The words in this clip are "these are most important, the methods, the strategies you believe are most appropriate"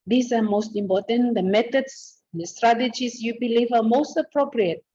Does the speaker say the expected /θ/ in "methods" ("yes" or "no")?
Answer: no